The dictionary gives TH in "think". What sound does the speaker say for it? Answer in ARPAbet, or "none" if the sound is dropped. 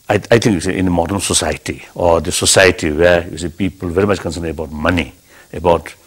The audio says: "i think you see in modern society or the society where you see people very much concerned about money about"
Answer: T